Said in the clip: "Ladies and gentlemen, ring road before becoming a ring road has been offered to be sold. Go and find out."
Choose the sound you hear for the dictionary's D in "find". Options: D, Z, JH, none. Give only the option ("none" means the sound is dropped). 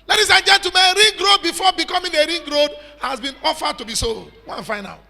none